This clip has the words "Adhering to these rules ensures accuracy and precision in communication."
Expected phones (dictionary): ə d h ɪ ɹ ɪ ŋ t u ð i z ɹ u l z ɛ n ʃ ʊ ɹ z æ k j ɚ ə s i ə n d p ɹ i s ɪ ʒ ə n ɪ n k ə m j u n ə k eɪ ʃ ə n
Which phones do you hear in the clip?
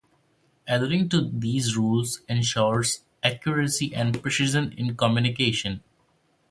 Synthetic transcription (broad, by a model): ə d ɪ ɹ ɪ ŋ t u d i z ɹ u l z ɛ n ʃ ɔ ɹ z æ k j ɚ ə s i ə n d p ɹ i ʃ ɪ z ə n ɪ n k ə m j u n ə k eɪ ʃ ə n